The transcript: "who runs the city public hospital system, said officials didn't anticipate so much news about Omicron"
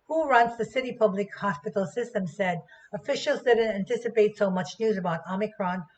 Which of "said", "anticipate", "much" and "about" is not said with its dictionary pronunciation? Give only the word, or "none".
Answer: none